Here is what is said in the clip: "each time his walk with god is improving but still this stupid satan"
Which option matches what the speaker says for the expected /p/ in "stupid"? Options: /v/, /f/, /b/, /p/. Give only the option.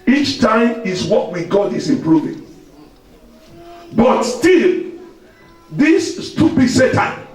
/b/